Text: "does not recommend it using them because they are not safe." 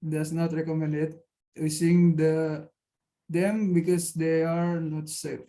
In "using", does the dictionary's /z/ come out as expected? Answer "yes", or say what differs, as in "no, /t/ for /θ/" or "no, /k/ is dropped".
no, /s/ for /z/